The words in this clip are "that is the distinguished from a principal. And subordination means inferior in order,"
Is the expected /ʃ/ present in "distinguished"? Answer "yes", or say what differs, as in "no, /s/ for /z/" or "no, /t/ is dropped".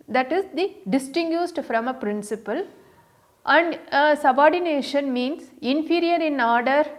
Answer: no, /s/ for /ʃ/